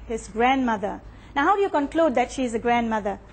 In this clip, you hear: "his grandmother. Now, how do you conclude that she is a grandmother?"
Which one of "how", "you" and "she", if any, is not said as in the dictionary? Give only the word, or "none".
none